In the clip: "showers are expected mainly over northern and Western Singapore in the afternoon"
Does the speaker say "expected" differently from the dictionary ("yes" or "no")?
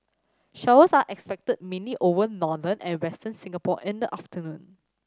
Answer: no